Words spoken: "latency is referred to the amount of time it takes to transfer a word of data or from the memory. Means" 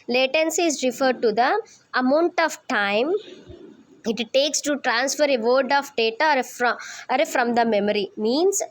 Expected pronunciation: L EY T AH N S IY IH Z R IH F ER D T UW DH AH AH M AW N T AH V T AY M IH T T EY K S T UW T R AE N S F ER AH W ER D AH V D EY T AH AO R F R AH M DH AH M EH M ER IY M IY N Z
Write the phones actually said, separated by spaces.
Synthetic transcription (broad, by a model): L EY T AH N S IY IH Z R IH F ER D T UW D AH AH M AW N T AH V T AY M IH T T EY K S T UW T R AE N S F ER AH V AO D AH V D EY T AH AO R F R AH M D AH M EH M ER IY M IY N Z